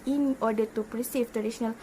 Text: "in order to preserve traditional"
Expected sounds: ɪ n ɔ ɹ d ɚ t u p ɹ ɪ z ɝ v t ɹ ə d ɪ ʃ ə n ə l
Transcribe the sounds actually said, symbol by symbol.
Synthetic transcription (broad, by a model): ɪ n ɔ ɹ d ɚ t u p ɹ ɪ s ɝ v t ɹ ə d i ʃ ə n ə l